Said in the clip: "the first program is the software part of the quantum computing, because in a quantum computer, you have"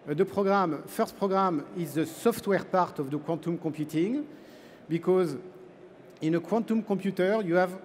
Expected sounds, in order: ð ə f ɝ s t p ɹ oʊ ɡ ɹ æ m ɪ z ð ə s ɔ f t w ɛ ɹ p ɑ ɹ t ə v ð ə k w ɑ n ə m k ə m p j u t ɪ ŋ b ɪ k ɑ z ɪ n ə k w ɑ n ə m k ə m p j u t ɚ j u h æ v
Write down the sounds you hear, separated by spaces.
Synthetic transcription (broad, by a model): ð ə f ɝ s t p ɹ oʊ ɡ ɹ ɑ m ɪ z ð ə s ɔ f t w ɛ ɹ p ɑ ɹ t ə v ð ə k w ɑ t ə m k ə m p j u t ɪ ŋ b ɪ k ɑ z ɪ n ə k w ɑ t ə m k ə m p j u t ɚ j u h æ v